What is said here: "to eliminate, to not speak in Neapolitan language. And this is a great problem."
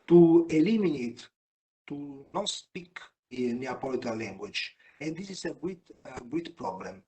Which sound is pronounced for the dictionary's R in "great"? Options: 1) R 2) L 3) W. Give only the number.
3